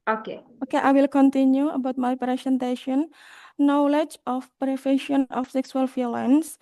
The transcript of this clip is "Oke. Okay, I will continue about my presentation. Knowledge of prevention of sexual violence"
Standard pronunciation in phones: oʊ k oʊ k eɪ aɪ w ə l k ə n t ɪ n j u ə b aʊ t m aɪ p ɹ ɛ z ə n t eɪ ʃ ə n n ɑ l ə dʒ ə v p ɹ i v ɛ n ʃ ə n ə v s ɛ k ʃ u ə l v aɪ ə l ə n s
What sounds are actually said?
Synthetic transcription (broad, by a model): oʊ k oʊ k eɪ aɪ w ə l k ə n t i n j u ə b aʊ t m aɪ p ɹ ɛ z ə n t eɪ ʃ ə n n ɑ l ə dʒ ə f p ɹ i f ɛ ʃ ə n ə f s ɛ k s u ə l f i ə l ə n s